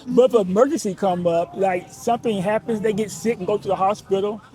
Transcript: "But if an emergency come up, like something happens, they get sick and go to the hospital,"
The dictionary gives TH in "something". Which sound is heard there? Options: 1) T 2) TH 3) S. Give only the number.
2